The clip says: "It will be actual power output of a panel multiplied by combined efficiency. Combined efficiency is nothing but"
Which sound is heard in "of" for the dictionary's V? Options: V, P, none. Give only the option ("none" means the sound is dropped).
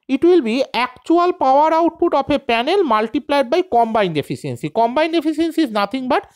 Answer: P